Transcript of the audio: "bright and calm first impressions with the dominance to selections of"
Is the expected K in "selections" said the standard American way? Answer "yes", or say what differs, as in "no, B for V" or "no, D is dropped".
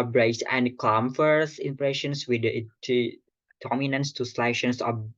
no, K is dropped